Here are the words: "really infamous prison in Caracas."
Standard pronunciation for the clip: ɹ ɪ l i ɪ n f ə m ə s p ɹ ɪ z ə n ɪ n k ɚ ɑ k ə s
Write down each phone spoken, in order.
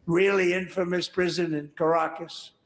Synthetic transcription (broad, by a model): ɹ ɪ l i ɪ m f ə m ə s p ɹ ɪ z ə n ɪ n k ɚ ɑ k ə s